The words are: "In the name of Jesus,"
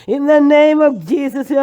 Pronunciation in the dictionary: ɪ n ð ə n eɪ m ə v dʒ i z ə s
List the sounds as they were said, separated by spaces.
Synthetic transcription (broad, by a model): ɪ n ð ə n eɪ m ə v dʒ i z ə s